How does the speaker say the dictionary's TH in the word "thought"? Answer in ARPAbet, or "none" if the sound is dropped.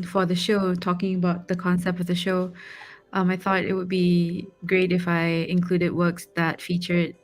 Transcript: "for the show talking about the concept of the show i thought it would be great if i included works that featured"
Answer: TH